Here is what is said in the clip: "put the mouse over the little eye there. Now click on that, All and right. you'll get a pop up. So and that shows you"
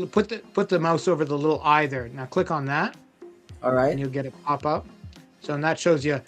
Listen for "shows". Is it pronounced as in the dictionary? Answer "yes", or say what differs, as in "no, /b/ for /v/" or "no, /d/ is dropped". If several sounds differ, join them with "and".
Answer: yes